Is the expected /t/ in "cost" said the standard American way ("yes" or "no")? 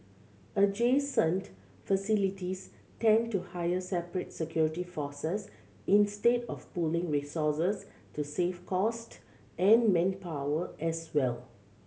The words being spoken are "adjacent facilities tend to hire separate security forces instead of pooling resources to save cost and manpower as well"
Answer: yes